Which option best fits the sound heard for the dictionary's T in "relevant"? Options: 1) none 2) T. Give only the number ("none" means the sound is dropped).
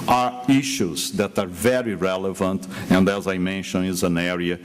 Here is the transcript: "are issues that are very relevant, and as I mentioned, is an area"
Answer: 2